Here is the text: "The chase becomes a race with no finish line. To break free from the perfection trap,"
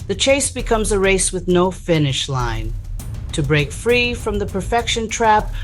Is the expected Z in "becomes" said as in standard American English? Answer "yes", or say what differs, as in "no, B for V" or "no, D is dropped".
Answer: yes